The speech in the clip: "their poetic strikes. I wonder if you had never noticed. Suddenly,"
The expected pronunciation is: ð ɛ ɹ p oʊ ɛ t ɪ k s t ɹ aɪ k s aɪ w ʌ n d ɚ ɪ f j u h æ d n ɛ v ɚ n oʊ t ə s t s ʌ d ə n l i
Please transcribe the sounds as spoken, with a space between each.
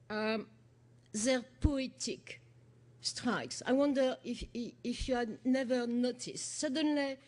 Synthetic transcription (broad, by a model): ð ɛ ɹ p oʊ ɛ t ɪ k s t ɹ aɪ k s aɪ w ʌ n d ɚ ɪ f j u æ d n ɛ v ɚ n oʊ t ə s t s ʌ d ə n l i